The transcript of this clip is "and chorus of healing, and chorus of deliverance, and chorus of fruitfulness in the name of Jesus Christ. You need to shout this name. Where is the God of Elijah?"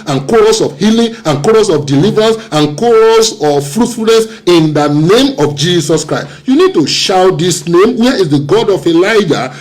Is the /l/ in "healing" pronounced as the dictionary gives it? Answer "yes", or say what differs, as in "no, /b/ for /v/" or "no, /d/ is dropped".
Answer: yes